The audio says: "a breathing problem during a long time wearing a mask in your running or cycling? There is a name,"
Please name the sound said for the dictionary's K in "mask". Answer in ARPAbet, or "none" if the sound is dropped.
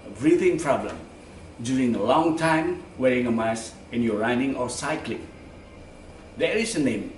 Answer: none